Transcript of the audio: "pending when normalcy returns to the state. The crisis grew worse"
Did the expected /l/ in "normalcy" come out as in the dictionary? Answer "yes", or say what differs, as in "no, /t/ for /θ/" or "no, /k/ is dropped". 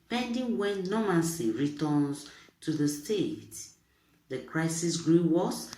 no, /n/ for /l/